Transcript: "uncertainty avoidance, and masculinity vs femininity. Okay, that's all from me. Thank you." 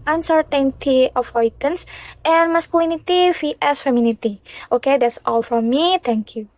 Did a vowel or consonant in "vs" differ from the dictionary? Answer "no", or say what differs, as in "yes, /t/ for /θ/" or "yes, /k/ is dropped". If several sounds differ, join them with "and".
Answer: yes, /f/ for /v/